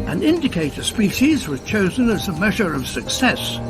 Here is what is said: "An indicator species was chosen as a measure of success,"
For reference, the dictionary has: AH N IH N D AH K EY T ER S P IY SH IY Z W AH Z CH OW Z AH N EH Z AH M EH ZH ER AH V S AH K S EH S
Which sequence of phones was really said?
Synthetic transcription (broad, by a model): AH N IH N D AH K EY T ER S P IY SH IY Z W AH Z CH OW Z AH N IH Z AH M EH ZH ER AH V S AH K S EH S